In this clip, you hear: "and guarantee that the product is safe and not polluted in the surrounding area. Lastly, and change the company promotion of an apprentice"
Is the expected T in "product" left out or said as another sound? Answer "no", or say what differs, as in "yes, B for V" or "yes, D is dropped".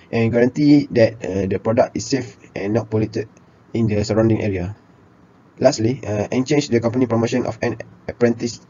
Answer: no